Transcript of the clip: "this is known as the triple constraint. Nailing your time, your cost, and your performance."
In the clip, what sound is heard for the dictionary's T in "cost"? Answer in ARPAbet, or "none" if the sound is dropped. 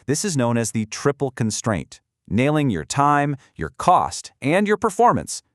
T